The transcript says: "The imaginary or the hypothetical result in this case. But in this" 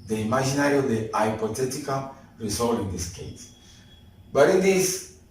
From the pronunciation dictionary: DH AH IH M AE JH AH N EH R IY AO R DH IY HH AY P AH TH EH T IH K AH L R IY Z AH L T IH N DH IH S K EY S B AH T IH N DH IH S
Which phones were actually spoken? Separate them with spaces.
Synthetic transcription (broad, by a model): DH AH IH M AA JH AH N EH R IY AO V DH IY AY P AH T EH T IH K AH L R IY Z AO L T IH N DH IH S K EY S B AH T IH N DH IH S